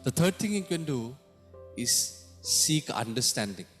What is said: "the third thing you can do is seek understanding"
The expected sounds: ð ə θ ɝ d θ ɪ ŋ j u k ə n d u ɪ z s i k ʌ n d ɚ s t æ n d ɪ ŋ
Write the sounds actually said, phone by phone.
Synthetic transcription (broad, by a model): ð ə t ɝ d t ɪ ŋ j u k ə n d u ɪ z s i k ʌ n d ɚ s t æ n d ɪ ŋ